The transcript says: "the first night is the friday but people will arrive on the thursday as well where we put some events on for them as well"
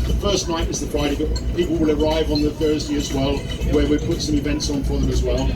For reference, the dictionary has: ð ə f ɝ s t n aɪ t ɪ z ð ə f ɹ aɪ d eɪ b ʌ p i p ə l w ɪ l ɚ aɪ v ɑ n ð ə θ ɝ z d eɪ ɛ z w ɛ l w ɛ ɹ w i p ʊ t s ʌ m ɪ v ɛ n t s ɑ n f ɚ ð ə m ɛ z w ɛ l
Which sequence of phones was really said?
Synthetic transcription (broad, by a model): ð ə f ɝ s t n aɪ t ɪ z ð ə f ɹ aɪ d eɪ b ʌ p i p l w ɪ l ɚ aɪ v n ð ə θ ɝ z d eɪ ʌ z w ɛ l w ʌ ɹ w i p ʊ t s ʌ m ɪ v ɛ n t s n f ɚ ð ə m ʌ z w ɛ l